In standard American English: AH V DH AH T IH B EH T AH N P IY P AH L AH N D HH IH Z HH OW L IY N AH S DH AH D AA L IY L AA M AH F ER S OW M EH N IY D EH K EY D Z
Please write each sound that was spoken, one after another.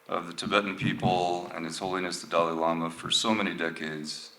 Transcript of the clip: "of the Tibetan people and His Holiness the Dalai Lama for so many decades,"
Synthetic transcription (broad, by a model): AH V DH AH T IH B EH T N P IY P L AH N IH S HH OW L IY N AH S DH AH D AA L IY L AA M AH F ER S OW M EH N IY D EH K EY D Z